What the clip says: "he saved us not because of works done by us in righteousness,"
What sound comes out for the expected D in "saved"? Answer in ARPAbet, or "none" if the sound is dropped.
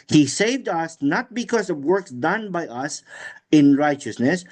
D